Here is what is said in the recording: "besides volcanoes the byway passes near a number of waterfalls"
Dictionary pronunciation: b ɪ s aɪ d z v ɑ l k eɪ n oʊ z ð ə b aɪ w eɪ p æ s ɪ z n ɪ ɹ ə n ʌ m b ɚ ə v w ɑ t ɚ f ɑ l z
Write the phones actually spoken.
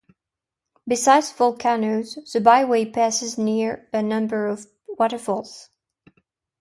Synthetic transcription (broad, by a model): b ɪ s aɪ d z f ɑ l k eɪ n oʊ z ð ə b aɪ w eɪ p æ s ɪ z n ɪ ɹ ə n ʌ m b ɚ ə v w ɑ t ɚ f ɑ l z